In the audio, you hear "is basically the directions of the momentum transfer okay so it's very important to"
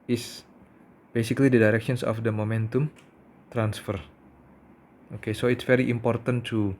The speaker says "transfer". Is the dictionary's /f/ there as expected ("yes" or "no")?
yes